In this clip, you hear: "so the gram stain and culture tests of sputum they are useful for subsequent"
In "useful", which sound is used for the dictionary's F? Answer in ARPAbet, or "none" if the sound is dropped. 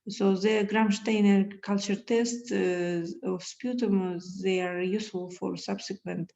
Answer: none